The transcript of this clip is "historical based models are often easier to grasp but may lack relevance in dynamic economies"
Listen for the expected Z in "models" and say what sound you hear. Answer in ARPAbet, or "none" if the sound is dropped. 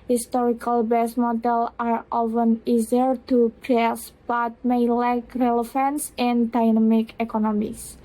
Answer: none